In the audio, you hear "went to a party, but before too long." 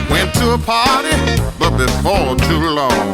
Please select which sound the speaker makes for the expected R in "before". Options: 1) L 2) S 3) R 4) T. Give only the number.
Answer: 1